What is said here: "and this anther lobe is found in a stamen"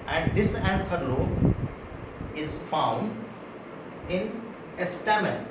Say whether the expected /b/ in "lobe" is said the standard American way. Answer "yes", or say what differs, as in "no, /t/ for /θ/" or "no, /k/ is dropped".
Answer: no, /b/ is dropped